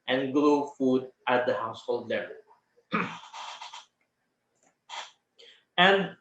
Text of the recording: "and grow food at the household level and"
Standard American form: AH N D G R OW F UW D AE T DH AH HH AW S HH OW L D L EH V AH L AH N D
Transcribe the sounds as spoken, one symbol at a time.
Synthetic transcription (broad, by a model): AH N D G L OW F UW D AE T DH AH HH AW S HH OW L D L EH V AH L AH N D